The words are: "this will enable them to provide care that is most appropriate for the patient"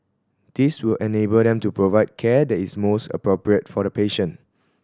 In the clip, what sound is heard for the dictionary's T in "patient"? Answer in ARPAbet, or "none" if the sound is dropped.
none